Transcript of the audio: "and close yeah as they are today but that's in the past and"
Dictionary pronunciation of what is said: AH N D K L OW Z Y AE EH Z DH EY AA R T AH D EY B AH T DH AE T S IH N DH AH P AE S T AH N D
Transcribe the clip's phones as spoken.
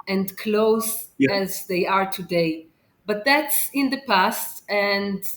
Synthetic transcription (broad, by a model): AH N D K L OW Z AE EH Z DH EY AA R T AH D EY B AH T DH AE T S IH N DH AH P AE S T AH N D